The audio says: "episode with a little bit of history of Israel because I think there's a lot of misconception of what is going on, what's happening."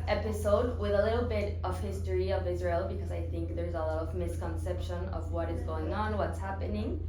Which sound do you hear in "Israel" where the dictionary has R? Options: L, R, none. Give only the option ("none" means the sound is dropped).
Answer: R